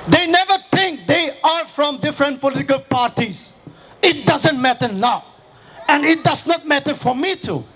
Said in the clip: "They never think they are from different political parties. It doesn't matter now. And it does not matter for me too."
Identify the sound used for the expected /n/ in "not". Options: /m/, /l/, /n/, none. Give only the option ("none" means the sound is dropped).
/n/